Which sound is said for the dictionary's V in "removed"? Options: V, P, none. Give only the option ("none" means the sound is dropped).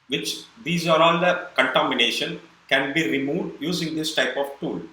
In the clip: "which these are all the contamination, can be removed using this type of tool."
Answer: V